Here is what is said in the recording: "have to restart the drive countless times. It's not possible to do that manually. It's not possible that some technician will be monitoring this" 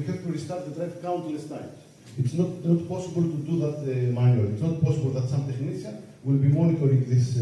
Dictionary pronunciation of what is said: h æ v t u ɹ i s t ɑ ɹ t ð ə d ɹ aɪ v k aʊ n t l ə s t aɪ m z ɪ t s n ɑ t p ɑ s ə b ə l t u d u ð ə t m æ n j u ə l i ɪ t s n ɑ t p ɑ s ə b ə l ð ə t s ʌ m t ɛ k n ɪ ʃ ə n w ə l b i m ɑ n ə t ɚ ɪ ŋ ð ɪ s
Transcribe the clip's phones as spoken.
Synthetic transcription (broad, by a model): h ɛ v t u ɹ i s t ɑ ɹ t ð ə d ɹ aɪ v k aʊ n t l ə s t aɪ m ɪ t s n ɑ t p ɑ s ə b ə l t u d u ð ə t m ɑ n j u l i t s n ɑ t p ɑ s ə b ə l ð ə t s ʌ m t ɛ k n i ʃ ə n w ə l b i m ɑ n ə t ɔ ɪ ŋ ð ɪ s